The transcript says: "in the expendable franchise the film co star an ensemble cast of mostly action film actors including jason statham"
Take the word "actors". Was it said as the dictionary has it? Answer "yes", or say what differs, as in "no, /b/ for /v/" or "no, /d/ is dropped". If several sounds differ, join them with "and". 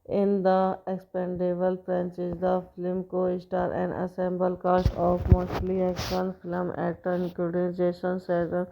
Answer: no, /k/ is dropped